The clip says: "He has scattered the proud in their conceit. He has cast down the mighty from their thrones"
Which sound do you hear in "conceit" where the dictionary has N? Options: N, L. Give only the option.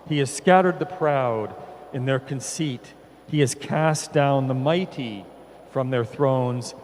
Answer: N